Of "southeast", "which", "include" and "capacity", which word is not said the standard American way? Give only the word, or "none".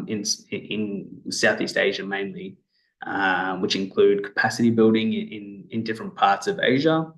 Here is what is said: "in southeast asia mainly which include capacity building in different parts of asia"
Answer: none